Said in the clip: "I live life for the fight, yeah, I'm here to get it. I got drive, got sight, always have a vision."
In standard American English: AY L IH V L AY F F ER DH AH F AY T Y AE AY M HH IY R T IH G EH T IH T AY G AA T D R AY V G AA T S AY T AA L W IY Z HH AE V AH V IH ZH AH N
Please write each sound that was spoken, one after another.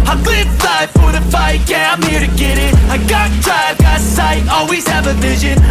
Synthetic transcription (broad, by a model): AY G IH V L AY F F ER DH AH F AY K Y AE AY M HH IY R T IH G EH T IH T AY G AA T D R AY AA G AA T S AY AA L W IY Z HH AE V AH V IH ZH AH N